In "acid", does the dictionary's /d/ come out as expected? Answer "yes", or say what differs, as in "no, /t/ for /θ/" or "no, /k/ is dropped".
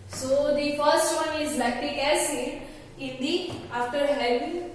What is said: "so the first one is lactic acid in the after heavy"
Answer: no, /d/ is dropped